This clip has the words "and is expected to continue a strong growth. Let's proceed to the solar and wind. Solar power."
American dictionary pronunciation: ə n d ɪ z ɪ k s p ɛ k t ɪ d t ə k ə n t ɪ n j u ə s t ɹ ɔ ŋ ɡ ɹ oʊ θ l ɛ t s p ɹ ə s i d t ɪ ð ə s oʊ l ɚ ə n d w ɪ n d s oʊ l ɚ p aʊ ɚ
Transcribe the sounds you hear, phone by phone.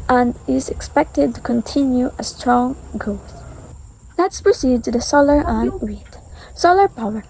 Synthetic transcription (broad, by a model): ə n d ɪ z ɪ k s p ɛ k t ɪ d t ə k ə n t ɪ n j u ə s t ɹ ɔ ŋ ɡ oʊ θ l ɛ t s p ɹ ə s i d t ɪ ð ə s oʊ l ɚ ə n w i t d s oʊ l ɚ p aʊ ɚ